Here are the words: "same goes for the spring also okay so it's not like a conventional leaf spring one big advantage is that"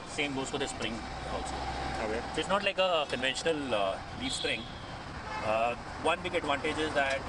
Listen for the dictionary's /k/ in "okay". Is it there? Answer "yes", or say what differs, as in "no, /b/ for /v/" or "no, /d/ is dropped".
no, /k/ is dropped